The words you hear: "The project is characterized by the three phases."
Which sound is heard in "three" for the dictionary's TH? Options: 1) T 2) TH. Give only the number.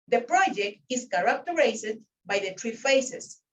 1